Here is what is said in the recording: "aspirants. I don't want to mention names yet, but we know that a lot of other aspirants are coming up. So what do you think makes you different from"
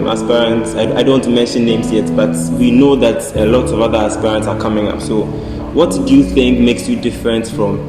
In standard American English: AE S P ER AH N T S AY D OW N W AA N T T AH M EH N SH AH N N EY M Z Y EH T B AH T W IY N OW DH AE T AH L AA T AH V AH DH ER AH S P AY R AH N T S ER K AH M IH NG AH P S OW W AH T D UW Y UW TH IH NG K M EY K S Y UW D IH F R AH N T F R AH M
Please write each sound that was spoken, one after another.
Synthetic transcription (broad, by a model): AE S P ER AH N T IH AY D OW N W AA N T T M EH N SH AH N N EY M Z Y EH T B AH T W IY N OW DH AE T AH L AA T AH V AH DH ER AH S P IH R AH N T S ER K AH M IH NG AH P S OW W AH T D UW Y UW TH IH NG K M EY K S Y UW D IH F R AH N T F R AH M